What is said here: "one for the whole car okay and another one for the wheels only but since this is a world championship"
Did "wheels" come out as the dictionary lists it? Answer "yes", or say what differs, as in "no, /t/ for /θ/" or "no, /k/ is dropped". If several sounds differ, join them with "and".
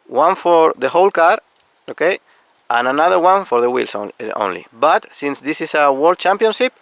no, /s/ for /z/